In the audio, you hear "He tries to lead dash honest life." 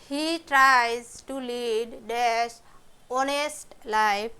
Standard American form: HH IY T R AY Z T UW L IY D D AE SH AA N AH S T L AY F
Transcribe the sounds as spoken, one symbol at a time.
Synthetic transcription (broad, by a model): HH IY T R AY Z T UW L IY D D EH S AA N AH S T L AY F